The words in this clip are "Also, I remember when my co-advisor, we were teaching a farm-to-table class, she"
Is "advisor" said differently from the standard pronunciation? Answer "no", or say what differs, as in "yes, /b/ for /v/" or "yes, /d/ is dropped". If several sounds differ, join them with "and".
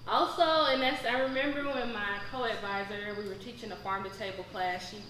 no